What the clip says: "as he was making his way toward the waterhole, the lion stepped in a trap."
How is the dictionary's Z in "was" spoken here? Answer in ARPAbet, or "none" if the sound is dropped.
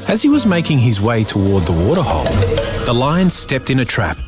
Z